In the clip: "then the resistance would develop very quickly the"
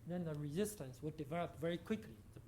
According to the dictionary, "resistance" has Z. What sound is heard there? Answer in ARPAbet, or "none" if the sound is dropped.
Z